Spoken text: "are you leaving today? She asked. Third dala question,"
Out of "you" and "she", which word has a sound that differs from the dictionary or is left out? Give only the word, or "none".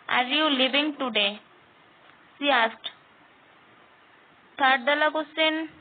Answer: she